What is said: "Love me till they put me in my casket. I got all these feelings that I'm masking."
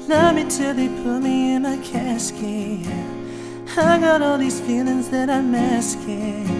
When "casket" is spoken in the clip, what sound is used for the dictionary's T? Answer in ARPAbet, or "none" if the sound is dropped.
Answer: none